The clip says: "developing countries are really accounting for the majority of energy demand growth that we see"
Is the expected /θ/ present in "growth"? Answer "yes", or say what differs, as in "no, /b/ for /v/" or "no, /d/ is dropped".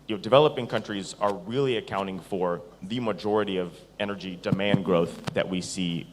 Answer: yes